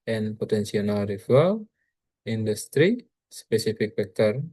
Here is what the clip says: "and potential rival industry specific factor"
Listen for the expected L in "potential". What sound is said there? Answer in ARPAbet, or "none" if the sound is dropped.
N